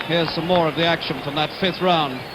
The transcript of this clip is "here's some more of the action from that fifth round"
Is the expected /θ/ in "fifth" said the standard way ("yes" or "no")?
yes